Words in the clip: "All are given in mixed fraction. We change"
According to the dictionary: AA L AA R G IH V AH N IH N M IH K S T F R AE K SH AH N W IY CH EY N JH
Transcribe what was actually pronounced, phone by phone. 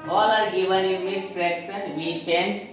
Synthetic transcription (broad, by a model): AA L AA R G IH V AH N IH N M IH S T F R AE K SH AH N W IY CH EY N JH